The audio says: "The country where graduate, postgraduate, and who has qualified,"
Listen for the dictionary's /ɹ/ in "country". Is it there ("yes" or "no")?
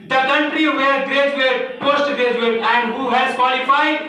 yes